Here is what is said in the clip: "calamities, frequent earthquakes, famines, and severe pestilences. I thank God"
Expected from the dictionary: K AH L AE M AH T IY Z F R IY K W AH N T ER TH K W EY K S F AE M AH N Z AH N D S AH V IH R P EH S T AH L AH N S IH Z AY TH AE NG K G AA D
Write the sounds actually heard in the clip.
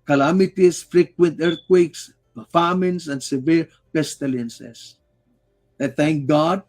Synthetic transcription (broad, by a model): K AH L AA M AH T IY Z F R IY K W AH N T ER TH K W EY K S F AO M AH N S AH N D S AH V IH R P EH S T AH L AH N S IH S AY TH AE NG K G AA D